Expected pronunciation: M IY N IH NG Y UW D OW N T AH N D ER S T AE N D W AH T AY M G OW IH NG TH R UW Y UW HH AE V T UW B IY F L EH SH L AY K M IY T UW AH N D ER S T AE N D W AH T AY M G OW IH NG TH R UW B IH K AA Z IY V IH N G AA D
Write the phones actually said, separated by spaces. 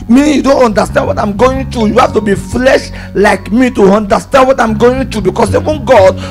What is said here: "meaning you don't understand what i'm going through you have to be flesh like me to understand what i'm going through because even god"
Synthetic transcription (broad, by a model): M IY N Y UW D OW N T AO N D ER S T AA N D W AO T AY M G OW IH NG T R UW Y UW HH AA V T UW B IY F L EH SH L AY K M IY T UW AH N D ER S T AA N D W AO T AY M G OW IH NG T R UW B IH K AA S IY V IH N G AA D